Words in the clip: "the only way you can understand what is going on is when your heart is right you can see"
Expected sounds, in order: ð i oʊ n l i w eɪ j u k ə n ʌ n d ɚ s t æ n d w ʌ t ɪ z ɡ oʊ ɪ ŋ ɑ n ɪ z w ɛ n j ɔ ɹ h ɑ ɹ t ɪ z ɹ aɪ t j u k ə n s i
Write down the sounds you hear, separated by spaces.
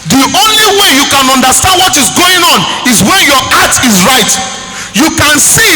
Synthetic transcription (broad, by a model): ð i oʊ n l i w eɪ j u k ə n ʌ n d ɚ s t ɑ n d w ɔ t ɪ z ɡ oʊ ɪ ŋ ɑ n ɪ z w ɛ n j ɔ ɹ ɑ t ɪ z ɹ aɪ t j u k ə n s i